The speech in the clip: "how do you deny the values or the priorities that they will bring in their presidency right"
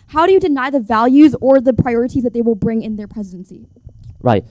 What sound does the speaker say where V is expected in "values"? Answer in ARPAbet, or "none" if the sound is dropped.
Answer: V